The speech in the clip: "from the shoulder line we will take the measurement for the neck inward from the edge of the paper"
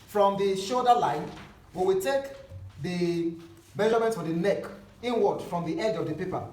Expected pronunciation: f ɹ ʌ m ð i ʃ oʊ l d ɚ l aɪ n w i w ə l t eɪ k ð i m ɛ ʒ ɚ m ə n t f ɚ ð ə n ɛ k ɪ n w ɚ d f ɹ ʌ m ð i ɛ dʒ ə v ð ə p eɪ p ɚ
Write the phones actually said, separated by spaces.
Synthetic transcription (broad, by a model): f ɹ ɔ m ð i ʃ oʊ d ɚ l aɪ n w i w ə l t eɪ k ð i m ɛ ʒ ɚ m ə n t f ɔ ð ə n ɛ k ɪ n w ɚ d f ɹ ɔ m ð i ɛ dʒ ə v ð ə p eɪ p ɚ